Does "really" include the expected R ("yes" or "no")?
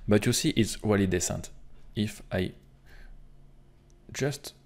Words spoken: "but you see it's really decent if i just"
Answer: no